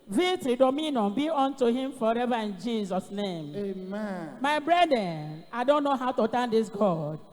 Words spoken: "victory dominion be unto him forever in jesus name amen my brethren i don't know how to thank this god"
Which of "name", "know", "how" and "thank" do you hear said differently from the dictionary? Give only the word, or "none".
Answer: thank